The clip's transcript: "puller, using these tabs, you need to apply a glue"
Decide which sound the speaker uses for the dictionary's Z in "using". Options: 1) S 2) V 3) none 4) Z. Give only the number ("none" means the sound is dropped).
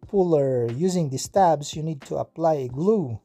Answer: 4